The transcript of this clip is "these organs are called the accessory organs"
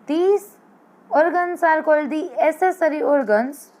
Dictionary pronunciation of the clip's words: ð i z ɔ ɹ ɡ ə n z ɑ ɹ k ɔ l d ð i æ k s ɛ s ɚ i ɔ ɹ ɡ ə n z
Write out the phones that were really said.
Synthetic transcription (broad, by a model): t i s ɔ ɹ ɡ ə n s ɑ ɹ k ɔ l d i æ s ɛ s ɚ i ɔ ɹ ɡ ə n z